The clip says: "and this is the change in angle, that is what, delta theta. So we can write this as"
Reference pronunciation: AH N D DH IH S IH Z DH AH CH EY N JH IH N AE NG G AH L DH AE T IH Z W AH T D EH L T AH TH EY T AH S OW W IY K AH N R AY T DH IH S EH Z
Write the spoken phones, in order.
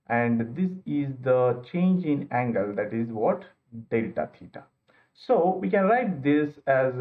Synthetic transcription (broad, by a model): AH N D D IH S IH Z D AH CH EY N JH IH N AE NG G AH L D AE T IH Z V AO T D EH L T AH T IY T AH S OW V IY K AH N R AY T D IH S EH Z